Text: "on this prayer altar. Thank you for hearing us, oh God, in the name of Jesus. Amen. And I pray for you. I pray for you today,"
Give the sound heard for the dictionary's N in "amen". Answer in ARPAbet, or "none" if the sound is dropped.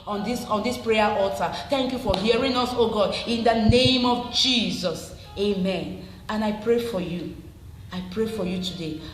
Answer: N